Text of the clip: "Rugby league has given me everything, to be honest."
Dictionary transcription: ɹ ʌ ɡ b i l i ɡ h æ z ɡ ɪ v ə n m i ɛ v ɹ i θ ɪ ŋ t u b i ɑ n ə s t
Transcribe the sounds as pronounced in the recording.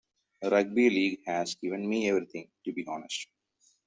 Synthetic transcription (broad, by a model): ɹ ʌ ɡ b i l i ɡ h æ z ɡ ɪ v ə n m i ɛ v ɹ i t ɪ ŋ t u b i ɑ n ə s t